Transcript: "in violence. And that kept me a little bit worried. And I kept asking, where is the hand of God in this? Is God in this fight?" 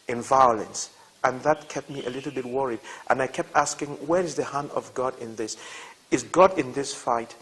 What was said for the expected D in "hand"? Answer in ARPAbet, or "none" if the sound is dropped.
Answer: none